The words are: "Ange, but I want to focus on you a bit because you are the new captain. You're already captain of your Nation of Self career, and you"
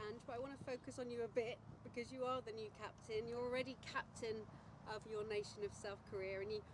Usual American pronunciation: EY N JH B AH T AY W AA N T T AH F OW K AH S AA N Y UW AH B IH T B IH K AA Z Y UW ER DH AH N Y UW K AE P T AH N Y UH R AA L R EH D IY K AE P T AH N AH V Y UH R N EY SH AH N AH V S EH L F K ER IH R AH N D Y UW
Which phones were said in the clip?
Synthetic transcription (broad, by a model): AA N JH B AH T AY W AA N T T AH F OW K AH S N Y AH B IH T B IH K AA Z Y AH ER DH AH N Y UW K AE P T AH N Y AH R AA L R EH D IY K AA P T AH N AH V Y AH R N EY SH AH N AH V S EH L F K ER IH R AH N Y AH